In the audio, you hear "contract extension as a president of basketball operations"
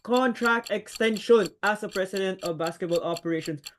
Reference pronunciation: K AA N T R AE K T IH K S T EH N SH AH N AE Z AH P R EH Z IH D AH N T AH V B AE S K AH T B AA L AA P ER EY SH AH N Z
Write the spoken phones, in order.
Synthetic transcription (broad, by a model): K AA N T R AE K T IH K S T EH N SH AH N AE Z AH P R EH S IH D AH N T AH V B AE S K AH T B AA L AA P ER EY SH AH N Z